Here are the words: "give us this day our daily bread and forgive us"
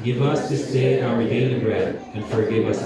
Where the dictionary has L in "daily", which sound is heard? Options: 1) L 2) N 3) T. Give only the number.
2